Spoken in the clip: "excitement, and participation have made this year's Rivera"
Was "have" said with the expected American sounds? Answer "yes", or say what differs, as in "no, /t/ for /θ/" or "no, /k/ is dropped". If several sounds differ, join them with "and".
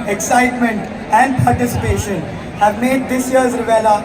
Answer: yes